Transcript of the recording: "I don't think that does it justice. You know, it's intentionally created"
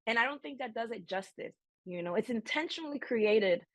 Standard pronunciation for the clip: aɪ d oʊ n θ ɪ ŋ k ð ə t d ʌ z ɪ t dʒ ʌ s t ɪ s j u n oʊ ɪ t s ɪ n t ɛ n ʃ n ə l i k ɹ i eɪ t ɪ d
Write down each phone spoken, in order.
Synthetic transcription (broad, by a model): aɪ d oʊ n θ ɪ ŋ k ð ə t d ʌ z ɪ t dʒ ʌ s t ɪ s j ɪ n oʊ ɪ t s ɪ n t ɛ n ʃ n l i k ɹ i eɪ t ɪ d